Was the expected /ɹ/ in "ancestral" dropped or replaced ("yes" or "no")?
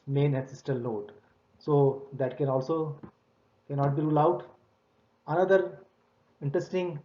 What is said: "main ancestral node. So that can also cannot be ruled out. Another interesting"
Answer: yes